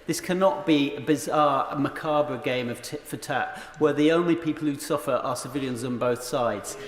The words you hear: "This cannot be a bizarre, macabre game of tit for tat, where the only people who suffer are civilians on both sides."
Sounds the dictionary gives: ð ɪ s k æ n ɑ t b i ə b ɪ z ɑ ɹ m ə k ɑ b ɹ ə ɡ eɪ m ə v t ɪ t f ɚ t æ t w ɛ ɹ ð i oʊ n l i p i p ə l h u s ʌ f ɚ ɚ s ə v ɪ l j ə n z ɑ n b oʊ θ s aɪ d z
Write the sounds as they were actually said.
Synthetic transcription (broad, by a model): ð ɪ s k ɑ n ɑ t b i ə b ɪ z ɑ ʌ m ə k ɑ b ɹ ə ɡ eɪ m ə v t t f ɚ t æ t w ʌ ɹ ð i oʊ n l i p i p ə l h u s ʌ f ɚ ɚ s ə v ɪ l j ə n z n b oʊ θ s aɪ d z